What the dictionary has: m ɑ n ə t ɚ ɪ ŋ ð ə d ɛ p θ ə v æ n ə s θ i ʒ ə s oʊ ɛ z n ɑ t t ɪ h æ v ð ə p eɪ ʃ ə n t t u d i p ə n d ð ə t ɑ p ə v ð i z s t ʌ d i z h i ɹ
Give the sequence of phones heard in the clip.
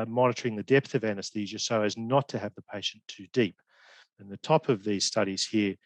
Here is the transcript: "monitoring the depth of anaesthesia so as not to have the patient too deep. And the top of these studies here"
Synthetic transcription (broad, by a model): m ɑ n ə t ɚ ɪ ŋ ð ə d ɛ p θ ə v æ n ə s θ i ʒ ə s oʊ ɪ z n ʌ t t ɪ v ð ə p eɪ ʃ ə n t t u d i p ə n ð ə t ɑ p ə v ð i z s t ʌ d i z h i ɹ